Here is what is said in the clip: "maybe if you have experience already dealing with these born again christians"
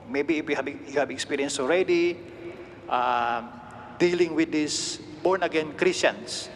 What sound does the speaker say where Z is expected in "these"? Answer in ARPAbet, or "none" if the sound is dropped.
S